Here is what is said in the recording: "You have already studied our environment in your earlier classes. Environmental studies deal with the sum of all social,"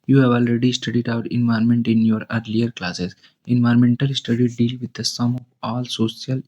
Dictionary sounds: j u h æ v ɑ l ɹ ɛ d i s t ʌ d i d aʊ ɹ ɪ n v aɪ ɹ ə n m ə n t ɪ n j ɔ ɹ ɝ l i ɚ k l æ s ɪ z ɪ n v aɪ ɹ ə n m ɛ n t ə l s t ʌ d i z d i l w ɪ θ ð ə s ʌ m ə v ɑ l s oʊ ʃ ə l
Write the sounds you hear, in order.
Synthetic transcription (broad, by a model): j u h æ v ɑ l ɹ ɛ d i s t ʌ d i d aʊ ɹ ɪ n v aɪ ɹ m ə n t ɪ n j ɔ ɹ ɝ l i ɚ k l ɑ s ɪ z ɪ n v aɪ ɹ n m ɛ n t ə l s t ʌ d i d i l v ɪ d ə s ʌ m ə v ɑ l s oʊ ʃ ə l